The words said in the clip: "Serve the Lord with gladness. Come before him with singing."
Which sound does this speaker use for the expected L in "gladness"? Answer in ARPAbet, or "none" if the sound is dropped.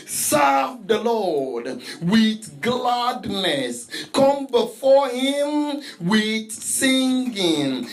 L